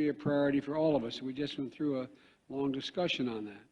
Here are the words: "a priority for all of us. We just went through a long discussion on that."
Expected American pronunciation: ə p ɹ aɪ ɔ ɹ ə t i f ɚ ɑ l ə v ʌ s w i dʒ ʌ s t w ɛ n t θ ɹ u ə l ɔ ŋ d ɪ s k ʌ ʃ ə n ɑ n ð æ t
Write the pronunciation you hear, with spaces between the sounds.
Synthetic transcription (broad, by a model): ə p ɹ aɪ ɔ ɹ ə t i f ɚ ɑ l ə v ʌ s w i dʒ ʌ s t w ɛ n θ ɹ u ə l ɔ ŋ d ɪ s k ʌ ʃ ə n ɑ n ð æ t